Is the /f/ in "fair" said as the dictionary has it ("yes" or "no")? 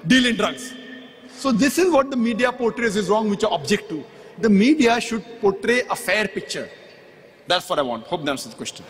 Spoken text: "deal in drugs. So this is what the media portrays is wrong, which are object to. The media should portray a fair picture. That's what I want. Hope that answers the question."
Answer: yes